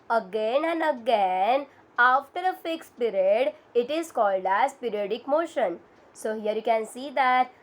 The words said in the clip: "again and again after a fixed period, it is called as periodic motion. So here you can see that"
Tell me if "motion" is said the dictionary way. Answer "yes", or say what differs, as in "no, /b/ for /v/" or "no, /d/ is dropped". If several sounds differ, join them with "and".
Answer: yes